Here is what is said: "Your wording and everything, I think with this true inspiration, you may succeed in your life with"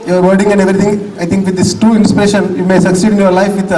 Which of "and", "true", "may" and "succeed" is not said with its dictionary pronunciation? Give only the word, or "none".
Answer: true